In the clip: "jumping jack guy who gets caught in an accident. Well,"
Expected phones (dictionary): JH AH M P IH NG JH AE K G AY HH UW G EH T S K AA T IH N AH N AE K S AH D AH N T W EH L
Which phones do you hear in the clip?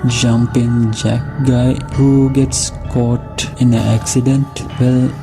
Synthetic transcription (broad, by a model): JH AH M P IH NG JH AE K G AY HH UW G EH T S K AA T IH N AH AE K S AH D AH N T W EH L